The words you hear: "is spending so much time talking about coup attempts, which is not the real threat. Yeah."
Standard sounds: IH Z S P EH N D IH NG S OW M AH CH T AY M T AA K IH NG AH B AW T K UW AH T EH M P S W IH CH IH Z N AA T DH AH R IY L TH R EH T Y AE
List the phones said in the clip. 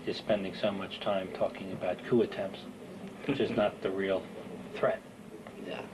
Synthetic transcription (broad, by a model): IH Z S P EH N D IH NG S OW M AH CH T AY M T AA K IH NG AH B AW T K UW AH T EH M P S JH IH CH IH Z N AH T DH AH R IY L TH R EH T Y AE